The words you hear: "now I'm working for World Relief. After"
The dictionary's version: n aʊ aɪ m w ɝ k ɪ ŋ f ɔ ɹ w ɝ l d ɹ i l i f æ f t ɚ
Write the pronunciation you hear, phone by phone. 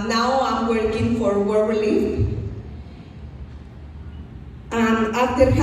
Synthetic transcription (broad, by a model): n aʊ aɪ m w ɝ k ɪ ŋ f ɔ ɹ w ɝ l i ɑ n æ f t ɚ